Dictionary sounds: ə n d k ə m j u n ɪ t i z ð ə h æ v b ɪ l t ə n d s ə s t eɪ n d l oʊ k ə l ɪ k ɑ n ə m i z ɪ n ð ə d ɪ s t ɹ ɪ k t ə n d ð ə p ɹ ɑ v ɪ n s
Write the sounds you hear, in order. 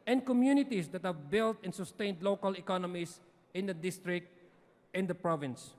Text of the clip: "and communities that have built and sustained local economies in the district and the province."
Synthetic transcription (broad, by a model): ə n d k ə m j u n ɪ t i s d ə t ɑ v b ɪ l t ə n s ə s t eɪ n d l oʊ k ə l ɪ k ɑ n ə m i s ɪ n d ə d ɪ s t ɹ ɪ k t ə n d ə p ɹ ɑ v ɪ n s